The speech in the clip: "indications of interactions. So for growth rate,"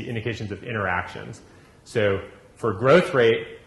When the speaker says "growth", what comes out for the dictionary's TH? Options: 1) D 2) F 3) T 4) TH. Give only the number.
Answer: 4